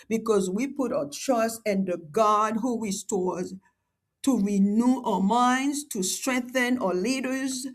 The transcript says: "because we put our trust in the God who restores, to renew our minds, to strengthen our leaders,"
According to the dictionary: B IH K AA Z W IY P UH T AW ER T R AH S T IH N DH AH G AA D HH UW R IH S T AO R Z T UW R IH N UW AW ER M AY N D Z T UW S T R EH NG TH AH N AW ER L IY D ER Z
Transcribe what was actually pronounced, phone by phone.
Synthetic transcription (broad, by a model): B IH K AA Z W IY P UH T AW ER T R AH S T IH N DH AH G AA D HH UW R IH S T AO R Z T UW R IH N UW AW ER M AY N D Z T UW S T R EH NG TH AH N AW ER L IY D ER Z